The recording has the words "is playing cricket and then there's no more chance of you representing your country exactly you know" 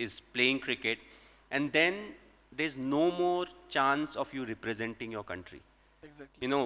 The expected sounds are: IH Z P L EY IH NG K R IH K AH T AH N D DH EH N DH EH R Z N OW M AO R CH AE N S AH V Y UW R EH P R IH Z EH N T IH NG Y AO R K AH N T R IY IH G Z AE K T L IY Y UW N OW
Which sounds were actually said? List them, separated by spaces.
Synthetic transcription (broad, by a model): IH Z P L EY IH NG K R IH K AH T AH N D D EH N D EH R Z N OW M AO R CH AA N S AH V Y UW R EH P R IH Z EH N T IH NG Y AO R K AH N T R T IY Y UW N OW